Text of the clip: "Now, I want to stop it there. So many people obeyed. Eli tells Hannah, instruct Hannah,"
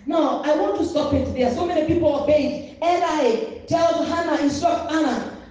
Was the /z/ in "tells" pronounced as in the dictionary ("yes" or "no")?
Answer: no